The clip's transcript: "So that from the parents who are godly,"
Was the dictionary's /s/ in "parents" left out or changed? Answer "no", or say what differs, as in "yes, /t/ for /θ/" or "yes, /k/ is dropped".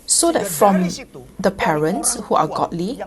no